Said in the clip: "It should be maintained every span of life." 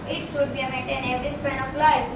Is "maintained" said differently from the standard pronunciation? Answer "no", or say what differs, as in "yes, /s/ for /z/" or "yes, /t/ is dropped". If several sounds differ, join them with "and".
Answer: yes, /d/ is dropped